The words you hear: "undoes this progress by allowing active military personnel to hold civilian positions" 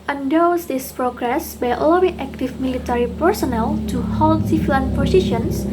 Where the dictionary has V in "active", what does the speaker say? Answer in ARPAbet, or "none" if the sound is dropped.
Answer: F